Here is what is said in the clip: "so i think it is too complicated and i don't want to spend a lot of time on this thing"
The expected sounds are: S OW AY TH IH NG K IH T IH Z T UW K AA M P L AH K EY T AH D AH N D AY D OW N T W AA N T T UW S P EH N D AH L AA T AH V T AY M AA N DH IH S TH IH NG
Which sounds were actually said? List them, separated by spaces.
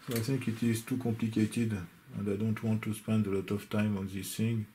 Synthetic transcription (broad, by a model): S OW AY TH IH NG K IH T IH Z T UW K AA M P L AH K EY T AH D AH N D AY D OW N T W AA N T T UW S P EH N D AH L AA T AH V T AY M AA N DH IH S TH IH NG